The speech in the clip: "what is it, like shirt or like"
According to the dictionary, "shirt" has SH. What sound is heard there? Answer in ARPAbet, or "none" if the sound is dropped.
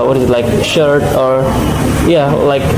SH